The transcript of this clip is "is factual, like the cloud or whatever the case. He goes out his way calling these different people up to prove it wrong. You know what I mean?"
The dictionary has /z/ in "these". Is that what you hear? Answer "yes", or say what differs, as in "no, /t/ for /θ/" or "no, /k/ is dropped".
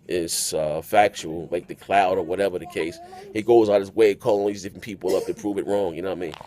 yes